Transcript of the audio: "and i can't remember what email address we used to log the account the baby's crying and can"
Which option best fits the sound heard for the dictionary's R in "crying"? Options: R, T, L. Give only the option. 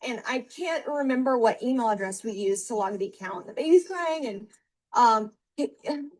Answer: L